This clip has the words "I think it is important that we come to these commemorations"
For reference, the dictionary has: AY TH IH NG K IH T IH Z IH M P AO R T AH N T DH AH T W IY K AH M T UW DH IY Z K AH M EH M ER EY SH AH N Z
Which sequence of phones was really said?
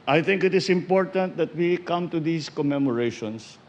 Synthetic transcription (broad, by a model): AY TH IH NG K IH T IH S IH M P AO R T AH N T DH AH T W IY K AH M T UW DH IY S K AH M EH M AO EY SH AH N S